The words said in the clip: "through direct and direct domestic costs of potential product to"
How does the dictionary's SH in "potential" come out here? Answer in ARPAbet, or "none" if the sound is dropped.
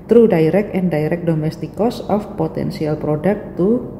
S